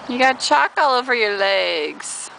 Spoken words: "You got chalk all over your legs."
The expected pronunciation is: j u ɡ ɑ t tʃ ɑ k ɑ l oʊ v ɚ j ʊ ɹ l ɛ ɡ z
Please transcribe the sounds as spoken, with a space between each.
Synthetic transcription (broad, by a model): j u ɡ ɑ t tʃ ɑ k ɑ l oʊ v ɚ j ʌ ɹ l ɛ ɡ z